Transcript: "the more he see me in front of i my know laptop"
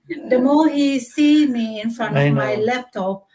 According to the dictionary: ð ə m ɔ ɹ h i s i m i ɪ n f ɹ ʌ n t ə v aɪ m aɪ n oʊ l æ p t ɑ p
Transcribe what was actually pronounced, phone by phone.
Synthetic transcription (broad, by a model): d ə m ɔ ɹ h i s i m i ɪ n f ɹ ʌ n t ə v m aɪ l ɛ p t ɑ p